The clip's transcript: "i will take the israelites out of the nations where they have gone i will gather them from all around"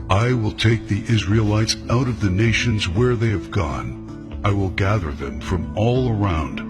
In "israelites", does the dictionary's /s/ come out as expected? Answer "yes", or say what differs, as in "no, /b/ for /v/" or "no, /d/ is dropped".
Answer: yes